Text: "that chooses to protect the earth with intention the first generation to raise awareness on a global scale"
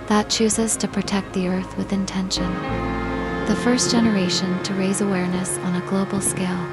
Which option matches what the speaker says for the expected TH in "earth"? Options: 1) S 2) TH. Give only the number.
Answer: 2